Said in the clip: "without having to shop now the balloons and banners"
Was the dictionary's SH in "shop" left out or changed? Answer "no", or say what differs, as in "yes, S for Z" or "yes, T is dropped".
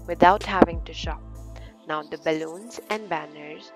no